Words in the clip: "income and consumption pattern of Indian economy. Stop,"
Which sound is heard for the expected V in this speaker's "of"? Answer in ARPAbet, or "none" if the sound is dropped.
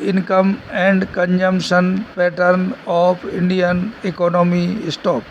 P